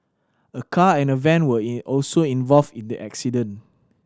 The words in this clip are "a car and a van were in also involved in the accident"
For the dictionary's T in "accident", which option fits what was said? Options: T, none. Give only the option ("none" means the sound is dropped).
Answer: none